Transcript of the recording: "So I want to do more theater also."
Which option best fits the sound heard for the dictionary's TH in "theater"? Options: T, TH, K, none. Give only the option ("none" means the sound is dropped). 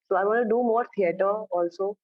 T